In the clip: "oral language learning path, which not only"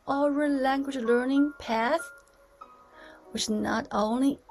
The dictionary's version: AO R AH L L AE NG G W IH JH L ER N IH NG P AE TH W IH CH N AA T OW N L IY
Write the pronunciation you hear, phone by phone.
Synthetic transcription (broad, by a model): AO R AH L L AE NG G W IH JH L ER N IH NG P AE TH W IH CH N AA T OW N L IY